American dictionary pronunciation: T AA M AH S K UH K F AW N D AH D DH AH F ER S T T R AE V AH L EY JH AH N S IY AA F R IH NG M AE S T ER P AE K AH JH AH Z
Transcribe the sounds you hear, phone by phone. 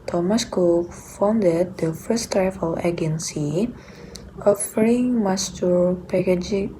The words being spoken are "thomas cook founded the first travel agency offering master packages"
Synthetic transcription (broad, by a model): T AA M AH S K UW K F AW N D AH D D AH F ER S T T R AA F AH L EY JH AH N S IY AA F R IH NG M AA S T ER P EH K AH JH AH